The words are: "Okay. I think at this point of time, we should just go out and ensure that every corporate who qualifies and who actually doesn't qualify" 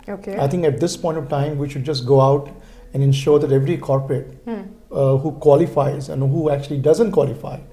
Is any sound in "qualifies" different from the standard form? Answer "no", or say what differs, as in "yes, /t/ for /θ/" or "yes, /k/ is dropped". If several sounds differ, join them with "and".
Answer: no